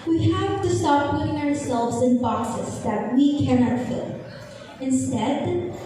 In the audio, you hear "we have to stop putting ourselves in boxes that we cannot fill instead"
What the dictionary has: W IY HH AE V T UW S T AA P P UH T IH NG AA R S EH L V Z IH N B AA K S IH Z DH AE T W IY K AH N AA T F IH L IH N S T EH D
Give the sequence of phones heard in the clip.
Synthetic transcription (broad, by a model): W IY HH AE V T UW S T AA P P UH T IH NG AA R S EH L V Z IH N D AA S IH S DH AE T W IY K AH N AA T F IH L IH N S T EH D